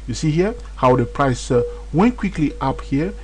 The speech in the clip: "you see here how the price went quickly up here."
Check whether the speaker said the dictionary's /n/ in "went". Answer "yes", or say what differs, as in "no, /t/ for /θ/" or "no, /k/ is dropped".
yes